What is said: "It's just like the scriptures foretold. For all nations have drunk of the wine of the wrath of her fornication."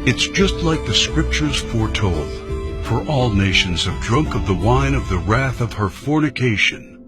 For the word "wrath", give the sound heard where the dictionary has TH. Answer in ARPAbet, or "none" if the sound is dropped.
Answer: TH